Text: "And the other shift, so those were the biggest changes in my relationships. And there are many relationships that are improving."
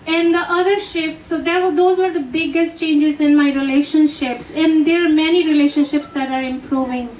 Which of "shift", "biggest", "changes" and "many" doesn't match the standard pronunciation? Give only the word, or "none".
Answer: none